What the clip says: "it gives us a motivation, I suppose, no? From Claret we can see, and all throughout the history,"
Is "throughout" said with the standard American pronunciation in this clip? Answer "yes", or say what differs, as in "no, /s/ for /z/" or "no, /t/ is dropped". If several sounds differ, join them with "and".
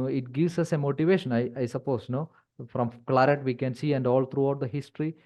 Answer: no, /t/ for /θ/